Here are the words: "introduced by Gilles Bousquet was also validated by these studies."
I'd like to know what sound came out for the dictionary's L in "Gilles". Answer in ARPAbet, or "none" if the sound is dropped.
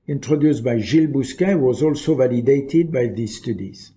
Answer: L